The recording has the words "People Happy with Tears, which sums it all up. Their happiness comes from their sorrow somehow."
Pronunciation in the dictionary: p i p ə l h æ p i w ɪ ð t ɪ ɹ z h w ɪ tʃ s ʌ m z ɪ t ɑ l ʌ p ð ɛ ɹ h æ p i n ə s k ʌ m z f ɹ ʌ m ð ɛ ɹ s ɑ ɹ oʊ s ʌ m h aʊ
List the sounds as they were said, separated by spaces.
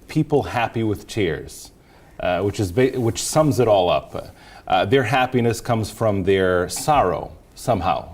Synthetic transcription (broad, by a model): p i p l h æ p i w ɪ ð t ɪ ɹ z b w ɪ tʃ s ʌ m z ɪ t ɑ l ʌ p ð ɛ ɹ h æ p i n ə s k ʌ m z f ɹ ʌ m ð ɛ ɹ s ɑ ɹ oʊ s ʌ m h aʊ